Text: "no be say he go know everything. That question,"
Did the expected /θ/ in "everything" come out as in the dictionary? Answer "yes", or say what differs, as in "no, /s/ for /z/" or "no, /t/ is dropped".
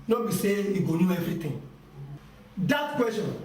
no, /t/ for /θ/